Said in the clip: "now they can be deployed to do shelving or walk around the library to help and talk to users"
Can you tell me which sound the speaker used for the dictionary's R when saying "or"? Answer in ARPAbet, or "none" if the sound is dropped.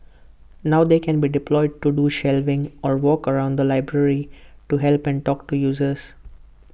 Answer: R